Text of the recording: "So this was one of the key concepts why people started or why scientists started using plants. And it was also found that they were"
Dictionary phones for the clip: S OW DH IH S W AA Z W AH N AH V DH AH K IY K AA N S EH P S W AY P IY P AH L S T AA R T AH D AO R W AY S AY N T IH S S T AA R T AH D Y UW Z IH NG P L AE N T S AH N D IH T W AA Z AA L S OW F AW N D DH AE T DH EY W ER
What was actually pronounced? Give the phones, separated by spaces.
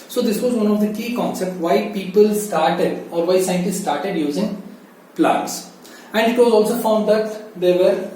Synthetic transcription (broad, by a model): S OW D IH S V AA Z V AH N AH V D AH K IY K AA N S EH P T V AY P IY P AH L S T AA R T AH D AO R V AY S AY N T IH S S T AA R T AH D Y UW Z IH NG P L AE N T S AH N D IH T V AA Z AA L S OW F AW N D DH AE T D EY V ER